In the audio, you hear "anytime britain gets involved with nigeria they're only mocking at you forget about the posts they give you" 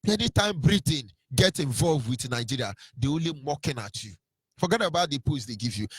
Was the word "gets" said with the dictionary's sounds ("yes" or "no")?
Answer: no